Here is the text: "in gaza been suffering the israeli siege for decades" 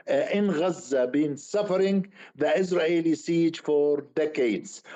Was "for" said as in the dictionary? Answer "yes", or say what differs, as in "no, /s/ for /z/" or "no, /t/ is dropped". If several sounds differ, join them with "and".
yes